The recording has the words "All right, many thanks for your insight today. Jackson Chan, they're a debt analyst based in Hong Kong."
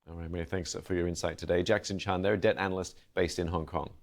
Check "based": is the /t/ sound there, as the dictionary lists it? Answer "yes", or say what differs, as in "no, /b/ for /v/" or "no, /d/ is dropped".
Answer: yes